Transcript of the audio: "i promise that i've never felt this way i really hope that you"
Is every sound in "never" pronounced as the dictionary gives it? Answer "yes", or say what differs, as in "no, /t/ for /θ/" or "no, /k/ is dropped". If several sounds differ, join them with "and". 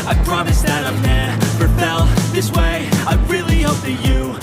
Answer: no, /p/ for /v/